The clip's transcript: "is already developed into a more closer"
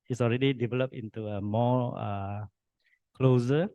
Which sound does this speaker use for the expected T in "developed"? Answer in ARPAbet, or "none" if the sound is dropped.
none